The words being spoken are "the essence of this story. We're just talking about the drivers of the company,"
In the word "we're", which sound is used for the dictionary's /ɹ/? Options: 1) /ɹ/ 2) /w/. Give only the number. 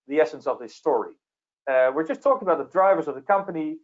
1